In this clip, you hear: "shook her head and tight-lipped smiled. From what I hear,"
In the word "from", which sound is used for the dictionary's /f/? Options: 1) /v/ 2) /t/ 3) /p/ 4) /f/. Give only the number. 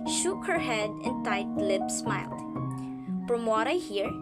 3